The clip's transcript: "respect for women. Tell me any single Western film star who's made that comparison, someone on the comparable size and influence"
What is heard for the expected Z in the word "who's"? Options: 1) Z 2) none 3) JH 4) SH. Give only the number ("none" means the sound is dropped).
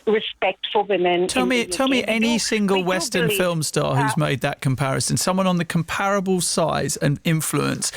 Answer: 1